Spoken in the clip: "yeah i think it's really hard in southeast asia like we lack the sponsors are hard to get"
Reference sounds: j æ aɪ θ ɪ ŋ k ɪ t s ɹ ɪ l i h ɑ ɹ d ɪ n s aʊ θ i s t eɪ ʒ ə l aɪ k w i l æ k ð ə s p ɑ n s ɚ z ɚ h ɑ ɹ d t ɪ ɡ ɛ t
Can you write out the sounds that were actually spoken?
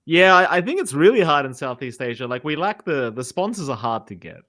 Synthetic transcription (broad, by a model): j æ aɪ θ ɪ ŋ k ɪ t s ɹ ɪ l i h ɑ ɹ d ɪ n s aʊ θ i s t eɪ ʒ ə l aɪ k w i l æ k ð ə s p ɑ n s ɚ z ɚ h ɑ ɹ d t ɪ ɡ ɛ t